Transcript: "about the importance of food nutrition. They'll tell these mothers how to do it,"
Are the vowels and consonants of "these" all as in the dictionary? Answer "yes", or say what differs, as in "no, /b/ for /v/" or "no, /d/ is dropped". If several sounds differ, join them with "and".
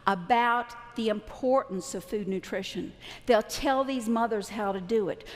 yes